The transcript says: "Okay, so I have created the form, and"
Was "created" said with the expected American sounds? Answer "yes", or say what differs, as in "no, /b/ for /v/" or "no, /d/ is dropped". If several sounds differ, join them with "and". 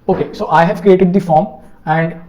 yes